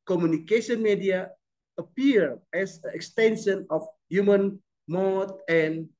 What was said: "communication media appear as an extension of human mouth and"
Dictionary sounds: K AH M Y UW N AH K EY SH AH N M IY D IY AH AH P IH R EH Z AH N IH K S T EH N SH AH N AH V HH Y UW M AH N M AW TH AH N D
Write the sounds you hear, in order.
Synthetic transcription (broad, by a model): K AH M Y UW N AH K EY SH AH N M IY D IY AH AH P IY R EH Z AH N IH K S T EH N SH AH N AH F HH Y UW M AH N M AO T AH N